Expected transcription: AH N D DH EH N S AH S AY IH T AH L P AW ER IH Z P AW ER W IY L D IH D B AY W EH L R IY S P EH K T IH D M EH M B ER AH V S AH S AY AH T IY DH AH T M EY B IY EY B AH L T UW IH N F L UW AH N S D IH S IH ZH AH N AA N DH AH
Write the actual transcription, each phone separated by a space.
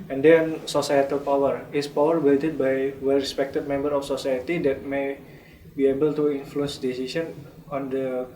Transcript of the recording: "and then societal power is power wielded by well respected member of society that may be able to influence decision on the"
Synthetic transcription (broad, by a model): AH N D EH N S AH S AY IH T AH L P AW ER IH S P AW ER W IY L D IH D B AY W EH L R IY S P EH K T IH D M EH M B ER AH F S AH S AY AH T IY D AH T M EY B IY EY B AH L T UW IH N F L UW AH N S D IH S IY S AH N AA N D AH